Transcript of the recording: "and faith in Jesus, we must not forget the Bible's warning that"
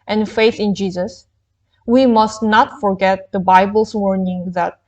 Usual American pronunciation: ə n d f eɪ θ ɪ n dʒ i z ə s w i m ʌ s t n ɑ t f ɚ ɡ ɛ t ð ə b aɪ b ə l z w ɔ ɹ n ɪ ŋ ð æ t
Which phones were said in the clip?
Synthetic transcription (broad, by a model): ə n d f eɪ θ ɪ n dʒ i z ə s w i m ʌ s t n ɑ t f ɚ ɡ ɛ t ð ə b aɪ b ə l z w ɔ ɹ n ɪ ŋ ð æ t